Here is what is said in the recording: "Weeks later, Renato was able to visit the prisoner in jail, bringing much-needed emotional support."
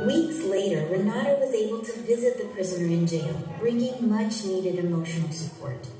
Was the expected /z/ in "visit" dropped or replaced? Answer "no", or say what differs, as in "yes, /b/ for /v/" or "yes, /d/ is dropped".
no